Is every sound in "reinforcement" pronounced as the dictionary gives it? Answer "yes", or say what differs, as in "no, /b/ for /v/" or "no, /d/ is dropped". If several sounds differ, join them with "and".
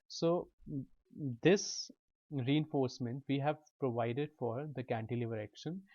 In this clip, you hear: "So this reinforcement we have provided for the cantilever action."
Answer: yes